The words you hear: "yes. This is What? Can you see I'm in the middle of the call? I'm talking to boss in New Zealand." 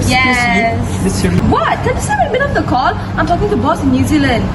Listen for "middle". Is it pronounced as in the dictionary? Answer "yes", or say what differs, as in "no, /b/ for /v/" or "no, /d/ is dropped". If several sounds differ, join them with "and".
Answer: no, /n/ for /l/